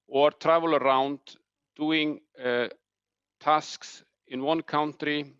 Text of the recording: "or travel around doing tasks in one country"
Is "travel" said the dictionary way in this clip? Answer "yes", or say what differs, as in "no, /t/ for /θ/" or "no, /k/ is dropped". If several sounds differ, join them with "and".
yes